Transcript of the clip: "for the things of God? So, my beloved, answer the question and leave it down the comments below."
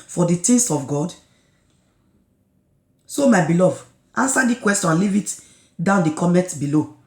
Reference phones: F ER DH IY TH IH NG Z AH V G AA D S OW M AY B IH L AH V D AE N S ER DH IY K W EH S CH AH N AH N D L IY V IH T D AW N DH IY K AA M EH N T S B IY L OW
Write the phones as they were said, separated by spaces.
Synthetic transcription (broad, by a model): F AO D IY T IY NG S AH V G AA D S OW M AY B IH L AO V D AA N S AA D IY K W EH S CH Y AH N L IY V IH T D AW N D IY K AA M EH T B IY L OW